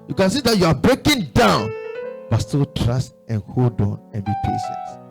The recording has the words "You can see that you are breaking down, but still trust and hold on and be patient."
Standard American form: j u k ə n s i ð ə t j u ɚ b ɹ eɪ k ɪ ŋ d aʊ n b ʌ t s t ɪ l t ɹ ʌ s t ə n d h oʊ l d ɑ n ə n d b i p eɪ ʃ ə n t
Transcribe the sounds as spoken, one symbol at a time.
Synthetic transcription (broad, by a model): j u k ə n s i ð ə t j u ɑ b ɹ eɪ k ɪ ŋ d aʊ n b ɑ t s t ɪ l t ɹ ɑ s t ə n h oʊ l d ɑ n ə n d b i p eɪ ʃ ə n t